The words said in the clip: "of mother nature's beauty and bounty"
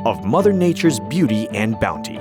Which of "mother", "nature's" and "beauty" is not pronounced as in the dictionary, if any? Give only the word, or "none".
none